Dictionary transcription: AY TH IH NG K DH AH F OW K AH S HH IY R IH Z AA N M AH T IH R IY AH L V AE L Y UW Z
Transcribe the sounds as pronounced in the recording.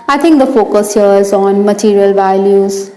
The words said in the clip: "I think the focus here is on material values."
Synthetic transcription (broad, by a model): AY T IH NG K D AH F OW K AH S HH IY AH IH Z AA N M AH T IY R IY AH L V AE L Y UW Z